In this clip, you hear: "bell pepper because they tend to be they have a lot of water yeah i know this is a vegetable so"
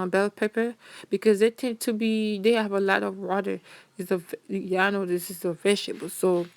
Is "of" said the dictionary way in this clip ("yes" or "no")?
yes